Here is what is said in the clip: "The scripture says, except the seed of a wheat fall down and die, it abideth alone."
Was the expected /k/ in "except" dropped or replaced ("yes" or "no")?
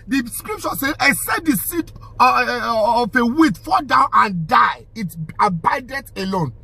yes